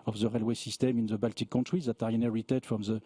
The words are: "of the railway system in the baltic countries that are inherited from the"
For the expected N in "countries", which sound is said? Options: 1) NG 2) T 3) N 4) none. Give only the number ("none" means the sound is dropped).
4